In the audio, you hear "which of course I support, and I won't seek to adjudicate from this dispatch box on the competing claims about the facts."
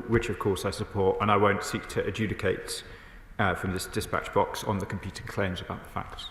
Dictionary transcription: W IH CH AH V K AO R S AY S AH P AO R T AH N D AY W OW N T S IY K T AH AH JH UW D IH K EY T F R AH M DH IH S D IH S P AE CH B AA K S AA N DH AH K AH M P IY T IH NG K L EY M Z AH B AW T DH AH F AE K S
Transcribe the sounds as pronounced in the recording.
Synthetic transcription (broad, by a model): W IH CH AH V K AO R S AY S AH P AO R T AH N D AY W OW N T S IY K T AH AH JH UW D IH K EY T F R AH M DH IH S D IH S P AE CH B AA K S N DH AH K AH M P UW T IH NG K L EY M Z AH B AW T DH AH F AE K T